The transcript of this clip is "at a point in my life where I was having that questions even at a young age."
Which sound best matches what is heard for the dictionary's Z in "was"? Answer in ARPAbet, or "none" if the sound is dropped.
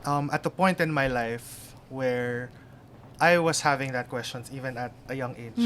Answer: S